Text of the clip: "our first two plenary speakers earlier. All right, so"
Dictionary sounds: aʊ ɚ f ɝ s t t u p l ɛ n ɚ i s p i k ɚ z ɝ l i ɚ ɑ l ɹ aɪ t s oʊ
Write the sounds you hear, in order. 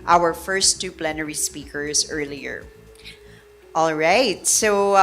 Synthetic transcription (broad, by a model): aʊ ɚ f ɝ s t t u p l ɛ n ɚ i s p i k ɚ z ɝ l i ɚ ɑ l ɹ aɪ t s oʊ